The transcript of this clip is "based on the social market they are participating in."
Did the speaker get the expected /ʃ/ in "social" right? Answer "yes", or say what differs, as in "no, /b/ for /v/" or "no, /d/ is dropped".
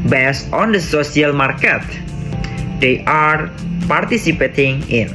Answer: no, /s/ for /ʃ/